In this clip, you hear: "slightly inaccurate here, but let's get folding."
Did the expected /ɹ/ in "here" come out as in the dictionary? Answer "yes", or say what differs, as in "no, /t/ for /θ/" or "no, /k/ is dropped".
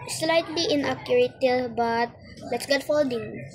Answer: no, /l/ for /ɹ/